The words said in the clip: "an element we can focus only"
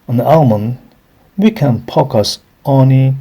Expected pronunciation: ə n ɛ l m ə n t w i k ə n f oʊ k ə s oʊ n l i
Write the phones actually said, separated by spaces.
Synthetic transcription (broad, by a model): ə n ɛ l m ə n w i k ə n p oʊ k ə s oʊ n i